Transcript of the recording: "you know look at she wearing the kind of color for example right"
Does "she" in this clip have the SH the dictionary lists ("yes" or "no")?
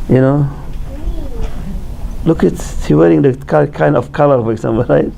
no